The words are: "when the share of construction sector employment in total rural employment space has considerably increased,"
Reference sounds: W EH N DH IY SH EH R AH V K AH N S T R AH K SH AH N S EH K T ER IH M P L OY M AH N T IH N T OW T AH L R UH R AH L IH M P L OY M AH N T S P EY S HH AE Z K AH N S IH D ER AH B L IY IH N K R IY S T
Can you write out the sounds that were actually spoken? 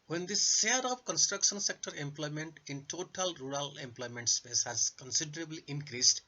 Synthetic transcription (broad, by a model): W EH N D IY S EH R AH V K AH N S T R AH K SH AH N S EH K T ER IH M P L OY M AH N T IH N T OW T AH L R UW R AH L IH M P L OY M AH N T S P EY S HH AE Z K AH N S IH D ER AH B L IY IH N K R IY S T